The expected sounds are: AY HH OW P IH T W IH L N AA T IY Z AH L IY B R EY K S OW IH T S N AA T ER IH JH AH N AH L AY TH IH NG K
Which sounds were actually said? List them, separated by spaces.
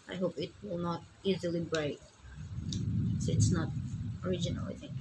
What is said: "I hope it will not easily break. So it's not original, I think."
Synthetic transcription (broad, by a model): AY HH OW P IH T W IH L N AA T IY Z AH L IY B R EY K S OW IH T S N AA T ER IH JH AH N AH L AY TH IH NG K